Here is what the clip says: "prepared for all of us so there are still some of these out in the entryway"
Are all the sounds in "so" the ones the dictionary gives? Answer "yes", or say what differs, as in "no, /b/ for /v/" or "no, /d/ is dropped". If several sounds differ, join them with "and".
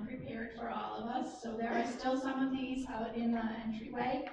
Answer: yes